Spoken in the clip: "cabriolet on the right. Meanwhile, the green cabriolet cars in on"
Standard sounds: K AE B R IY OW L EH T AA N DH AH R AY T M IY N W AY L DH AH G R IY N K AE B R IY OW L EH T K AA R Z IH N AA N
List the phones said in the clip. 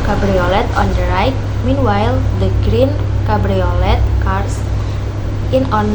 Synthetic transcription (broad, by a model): K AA B R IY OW L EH T AA N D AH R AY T M IY N W AY L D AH G R IY N K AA B R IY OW L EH T K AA R S IH N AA N